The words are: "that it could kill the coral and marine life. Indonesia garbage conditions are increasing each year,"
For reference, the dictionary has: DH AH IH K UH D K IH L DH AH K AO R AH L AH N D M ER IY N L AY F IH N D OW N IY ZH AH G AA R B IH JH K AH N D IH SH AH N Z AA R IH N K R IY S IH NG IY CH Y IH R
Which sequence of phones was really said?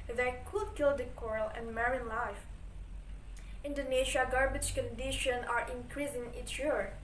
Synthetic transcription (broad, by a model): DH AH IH K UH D K IH L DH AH K AO R AH L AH N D M ER IY N L AY F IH N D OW N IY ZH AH G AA R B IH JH K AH N D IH SH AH N AA R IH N K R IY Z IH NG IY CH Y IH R